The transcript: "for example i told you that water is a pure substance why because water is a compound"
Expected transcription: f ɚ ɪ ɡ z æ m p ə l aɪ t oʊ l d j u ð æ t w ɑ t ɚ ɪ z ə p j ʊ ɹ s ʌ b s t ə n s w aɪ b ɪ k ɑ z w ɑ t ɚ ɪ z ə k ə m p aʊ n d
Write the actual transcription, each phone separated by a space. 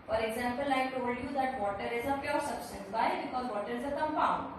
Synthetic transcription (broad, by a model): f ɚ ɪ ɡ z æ m p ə l aɪ t oʊ l d j u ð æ t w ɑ t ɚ ɪ z ə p j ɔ ɹ s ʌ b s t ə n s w aɪ b ɪ k ɑ z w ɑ t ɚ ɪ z ə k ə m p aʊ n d